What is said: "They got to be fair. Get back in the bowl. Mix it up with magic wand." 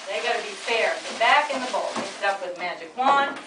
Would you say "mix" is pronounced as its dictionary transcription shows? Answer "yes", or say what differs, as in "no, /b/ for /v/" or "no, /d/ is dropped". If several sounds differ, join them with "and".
no, /k/ is dropped